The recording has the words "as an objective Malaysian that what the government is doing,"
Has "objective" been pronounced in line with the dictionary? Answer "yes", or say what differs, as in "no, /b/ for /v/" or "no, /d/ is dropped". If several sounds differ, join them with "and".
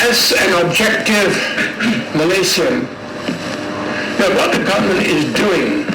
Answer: yes